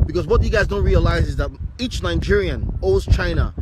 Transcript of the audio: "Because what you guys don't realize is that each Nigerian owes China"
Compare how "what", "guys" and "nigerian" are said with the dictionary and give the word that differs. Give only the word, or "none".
none